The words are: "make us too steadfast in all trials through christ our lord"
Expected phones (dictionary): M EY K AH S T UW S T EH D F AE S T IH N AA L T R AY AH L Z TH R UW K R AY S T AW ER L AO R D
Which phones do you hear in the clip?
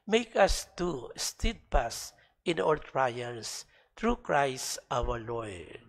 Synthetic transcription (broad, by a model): M EY K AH S T UW S T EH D P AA S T IH N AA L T R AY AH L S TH R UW K R AY S T AW ER L AO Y